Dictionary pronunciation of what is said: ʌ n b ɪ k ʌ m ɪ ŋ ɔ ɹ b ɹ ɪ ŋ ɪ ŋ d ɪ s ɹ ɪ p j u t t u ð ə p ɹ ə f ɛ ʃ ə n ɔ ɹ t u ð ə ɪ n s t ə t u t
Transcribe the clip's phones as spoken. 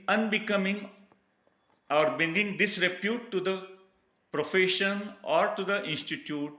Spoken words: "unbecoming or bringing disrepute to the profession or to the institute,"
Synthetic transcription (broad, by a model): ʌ n b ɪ k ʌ m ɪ ŋ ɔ ɹ b ɪ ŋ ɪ ŋ d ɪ s ɹ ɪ p j u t t u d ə p ɹ ə f ɛ ʃ ə n ɔ ɹ t u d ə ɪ n s t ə t u t